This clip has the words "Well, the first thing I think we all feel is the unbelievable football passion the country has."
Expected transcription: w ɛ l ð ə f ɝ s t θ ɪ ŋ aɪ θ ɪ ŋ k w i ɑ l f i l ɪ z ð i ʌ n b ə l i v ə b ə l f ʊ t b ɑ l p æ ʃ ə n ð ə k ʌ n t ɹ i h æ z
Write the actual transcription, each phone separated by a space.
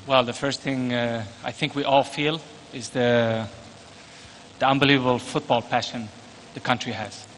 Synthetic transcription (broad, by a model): w ɛ l ð ə f ɝ s t θ ɪ ŋ aɪ θ ɪ ŋ k w i ɑ l f i l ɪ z ð i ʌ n b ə l i v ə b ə l f ʊ t b ɑ l p æ ʃ ə n ð ə k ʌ n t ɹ i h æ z